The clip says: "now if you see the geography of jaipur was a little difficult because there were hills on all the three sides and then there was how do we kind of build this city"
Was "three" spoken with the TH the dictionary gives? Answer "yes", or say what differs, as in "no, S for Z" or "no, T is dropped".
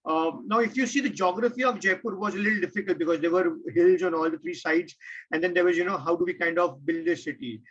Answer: no, T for TH